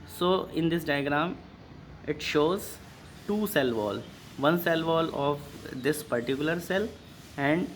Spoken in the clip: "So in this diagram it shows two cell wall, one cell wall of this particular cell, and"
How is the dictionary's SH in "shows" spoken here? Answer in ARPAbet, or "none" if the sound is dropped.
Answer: SH